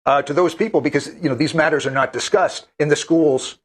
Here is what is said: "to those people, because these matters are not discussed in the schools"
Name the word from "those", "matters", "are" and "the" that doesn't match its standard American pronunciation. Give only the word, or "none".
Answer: none